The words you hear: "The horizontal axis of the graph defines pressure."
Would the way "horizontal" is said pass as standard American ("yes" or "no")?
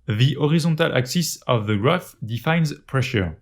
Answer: no